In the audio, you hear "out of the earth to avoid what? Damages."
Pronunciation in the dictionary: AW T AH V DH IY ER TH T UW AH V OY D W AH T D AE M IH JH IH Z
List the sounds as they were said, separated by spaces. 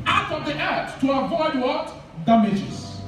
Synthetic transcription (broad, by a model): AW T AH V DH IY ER T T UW AH V OY D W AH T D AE M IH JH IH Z